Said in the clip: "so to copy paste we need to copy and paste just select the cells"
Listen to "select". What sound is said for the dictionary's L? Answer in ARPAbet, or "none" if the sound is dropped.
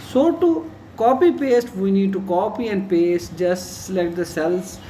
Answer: none